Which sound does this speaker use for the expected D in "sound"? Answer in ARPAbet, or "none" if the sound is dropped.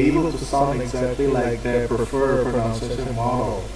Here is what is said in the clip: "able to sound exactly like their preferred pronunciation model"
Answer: none